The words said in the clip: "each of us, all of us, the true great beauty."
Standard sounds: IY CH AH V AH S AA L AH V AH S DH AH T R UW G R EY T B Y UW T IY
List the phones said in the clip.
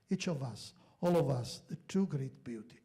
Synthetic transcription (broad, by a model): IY CH AH V AH S AA L AH V AH S DH AH T UW G R EY T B Y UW T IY